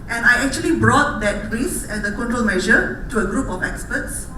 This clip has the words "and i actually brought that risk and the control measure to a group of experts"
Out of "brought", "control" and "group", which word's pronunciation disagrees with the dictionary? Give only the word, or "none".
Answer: none